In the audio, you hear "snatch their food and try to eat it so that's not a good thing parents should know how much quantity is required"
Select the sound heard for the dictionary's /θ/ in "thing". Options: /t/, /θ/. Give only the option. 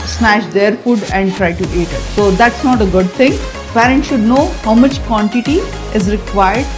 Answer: /t/